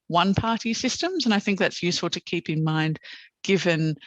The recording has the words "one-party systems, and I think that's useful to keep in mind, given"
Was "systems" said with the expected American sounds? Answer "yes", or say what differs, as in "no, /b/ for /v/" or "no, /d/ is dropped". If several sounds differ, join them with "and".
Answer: yes